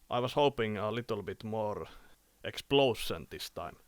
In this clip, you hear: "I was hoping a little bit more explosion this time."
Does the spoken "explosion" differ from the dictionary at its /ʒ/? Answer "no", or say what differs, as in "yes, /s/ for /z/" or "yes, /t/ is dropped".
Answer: yes, /s/ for /ʒ/